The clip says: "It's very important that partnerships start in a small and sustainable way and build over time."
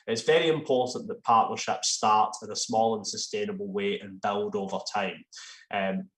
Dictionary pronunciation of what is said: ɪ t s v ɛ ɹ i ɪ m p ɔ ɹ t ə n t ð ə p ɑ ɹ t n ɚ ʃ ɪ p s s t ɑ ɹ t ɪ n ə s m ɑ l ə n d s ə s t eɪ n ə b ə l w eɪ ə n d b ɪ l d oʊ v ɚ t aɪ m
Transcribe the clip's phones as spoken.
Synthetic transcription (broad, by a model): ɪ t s v ɛ ɹ i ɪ m p ɔ ɹ t n ð ə p ɑ ɹ t n ɚ ʃ ɪ p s s t ɑ ɹ t ɪ n ə s m ɑ l ə n s ə s t eɪ n ə b ə l w eɪ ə n b ɪ l d oʊ v ɚ t aɪ m